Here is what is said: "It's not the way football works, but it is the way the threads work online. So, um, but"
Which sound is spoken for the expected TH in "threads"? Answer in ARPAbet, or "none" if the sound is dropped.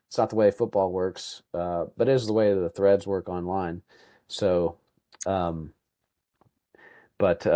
TH